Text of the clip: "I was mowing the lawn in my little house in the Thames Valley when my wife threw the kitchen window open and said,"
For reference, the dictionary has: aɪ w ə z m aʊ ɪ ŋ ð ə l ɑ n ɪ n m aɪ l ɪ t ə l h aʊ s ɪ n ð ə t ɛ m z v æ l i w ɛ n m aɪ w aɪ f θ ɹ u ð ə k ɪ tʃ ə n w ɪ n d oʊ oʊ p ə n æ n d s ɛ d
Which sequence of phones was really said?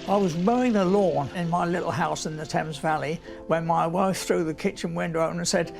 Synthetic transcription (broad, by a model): aɪ w ə z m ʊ ɪ ŋ ð ə l ɑ n ɪ n m aɪ l ɪ t l h aʊ s ɪ n ð ə t ɛ m z v æ l i w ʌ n m aɪ w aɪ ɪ θ ɹ u ð ə k ɪ tʃ ə n w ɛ n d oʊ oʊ ə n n s ɛ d